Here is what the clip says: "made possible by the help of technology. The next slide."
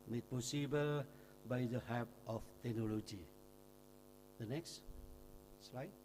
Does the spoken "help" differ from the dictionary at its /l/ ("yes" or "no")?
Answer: yes